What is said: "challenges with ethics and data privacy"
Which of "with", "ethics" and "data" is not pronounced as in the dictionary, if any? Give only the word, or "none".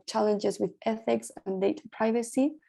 none